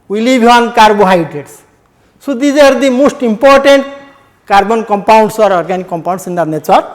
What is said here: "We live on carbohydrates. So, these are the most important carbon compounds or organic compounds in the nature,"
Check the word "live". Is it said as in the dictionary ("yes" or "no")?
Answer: no